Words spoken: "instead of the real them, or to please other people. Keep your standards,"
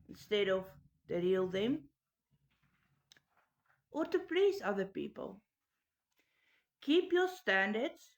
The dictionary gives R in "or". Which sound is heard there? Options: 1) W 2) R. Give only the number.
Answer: 2